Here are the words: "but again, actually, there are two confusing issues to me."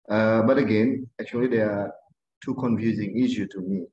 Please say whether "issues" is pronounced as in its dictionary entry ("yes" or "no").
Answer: no